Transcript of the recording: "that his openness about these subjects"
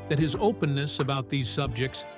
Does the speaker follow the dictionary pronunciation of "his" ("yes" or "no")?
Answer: yes